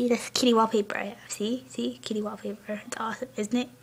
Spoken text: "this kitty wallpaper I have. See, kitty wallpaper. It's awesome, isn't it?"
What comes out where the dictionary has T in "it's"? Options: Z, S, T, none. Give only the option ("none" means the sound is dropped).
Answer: T